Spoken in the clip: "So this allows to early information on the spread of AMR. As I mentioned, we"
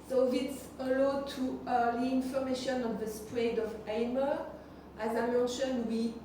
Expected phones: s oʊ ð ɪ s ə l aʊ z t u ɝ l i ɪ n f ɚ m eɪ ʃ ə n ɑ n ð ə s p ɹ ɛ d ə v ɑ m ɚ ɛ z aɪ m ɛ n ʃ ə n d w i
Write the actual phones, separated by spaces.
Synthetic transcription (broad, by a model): s oʊ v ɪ s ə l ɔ t u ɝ i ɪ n f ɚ m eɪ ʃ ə n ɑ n ð ə s p ɹ ɛ d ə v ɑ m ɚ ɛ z aɪ m ɛ n ʃ ə n d w i